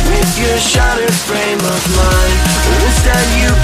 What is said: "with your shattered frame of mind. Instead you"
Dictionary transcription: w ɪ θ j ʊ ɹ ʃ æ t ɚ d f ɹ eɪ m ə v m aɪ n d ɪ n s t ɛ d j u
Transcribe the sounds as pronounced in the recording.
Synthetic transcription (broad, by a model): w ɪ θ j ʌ ɹ ʃ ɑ t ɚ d f ɹ eɪ m ə v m aɪ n ɪ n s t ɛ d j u